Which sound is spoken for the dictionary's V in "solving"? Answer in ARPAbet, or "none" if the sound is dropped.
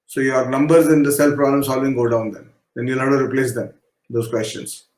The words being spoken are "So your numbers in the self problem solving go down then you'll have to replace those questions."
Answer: V